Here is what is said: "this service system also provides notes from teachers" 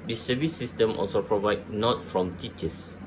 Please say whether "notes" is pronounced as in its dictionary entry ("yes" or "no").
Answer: no